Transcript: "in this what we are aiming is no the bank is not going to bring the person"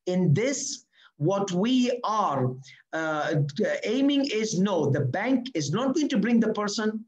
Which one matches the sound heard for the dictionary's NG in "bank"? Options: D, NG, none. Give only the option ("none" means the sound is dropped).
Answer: NG